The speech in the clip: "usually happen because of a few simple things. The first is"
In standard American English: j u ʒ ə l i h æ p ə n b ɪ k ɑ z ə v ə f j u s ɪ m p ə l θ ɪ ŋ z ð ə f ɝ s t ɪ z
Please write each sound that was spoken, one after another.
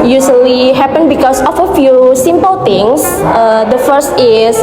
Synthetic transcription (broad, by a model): j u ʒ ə l i h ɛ p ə n b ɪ k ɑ s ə f ə f j u s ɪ m p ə l t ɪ ŋ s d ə f ɝ s t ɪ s